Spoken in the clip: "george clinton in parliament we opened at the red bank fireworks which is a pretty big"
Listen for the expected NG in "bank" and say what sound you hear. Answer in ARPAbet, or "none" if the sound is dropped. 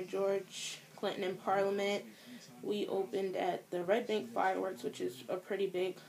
NG